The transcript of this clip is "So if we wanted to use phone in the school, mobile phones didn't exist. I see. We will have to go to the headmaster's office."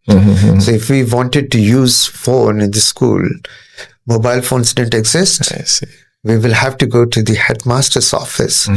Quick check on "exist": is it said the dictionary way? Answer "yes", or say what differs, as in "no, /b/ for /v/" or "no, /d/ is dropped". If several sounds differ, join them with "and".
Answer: yes